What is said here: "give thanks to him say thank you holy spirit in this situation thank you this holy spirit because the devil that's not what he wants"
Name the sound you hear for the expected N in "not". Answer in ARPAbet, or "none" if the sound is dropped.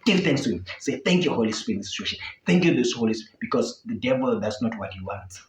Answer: N